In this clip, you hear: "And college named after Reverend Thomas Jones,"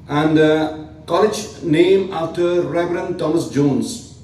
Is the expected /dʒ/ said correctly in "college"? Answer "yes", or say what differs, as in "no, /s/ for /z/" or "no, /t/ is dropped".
yes